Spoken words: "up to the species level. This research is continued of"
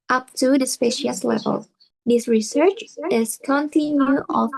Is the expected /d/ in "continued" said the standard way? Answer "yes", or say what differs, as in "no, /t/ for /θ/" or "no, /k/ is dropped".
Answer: no, /d/ is dropped